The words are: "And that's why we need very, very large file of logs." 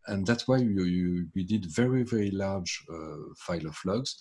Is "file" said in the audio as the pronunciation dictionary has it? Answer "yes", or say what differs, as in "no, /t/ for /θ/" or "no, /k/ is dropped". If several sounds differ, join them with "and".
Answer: yes